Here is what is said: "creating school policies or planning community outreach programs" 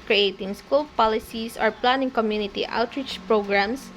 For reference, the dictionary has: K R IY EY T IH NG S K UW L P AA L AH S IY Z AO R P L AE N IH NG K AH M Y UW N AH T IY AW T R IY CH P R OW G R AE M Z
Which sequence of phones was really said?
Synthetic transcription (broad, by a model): K R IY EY T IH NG S K UW L P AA L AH S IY S AO R P L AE N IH NG K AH M Y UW N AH T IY AW T R IY CH P R OW G R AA M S